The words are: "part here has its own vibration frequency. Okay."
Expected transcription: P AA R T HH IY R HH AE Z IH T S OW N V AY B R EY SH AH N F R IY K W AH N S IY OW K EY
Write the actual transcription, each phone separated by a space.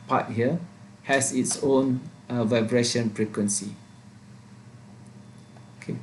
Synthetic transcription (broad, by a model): P AA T HH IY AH HH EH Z IH T S OW N V AY B R EY SH AH N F R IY K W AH N S IY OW K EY